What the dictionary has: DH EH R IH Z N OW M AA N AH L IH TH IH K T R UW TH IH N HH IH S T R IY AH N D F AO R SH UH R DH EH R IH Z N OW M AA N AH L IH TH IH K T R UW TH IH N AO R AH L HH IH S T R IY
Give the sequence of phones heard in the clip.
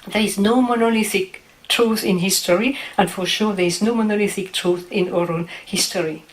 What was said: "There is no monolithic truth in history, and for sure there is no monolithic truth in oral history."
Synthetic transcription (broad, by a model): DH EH R IH Z N OW M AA N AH L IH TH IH K T R UW TH IH N HH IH S T R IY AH N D F AO R SH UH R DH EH R IH Z N OW M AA N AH L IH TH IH K T R UW TH IH N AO R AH N HH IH S T R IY